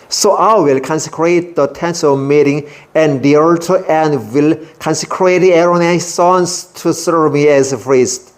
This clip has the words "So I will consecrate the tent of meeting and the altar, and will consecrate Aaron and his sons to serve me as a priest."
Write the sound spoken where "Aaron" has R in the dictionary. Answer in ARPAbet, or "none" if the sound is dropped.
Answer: none